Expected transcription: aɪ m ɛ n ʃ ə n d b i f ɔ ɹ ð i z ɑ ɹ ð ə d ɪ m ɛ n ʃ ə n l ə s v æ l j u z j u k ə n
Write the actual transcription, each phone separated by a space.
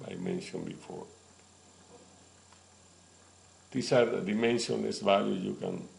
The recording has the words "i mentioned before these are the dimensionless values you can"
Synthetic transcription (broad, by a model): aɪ m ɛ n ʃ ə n b i f ɔ ɹ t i s ɑ ɹ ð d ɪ m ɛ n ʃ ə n ə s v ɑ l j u j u k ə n